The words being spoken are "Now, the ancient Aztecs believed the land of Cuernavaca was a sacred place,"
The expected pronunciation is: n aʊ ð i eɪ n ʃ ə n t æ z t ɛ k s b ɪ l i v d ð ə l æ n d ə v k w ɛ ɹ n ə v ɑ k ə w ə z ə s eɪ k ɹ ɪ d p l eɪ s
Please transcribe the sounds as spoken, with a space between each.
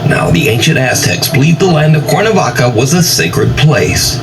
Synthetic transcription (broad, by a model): n aʊ ð i eɪ n ʃ ə n t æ s t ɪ k s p l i d ð ə l æ n d ə v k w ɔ ɹ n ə v ɑ k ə w ə z ə s eɪ k ɹ ɪ d p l eɪ s